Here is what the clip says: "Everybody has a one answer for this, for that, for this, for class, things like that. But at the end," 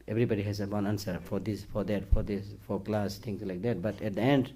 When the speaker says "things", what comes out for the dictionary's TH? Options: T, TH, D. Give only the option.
T